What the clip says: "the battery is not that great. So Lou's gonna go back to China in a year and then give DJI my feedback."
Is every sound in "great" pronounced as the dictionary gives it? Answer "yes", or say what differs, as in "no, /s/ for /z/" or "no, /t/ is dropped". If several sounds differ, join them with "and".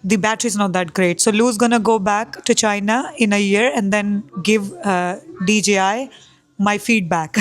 yes